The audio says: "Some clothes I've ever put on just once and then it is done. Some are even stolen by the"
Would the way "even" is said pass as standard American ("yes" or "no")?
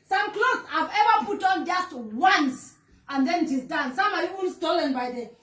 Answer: no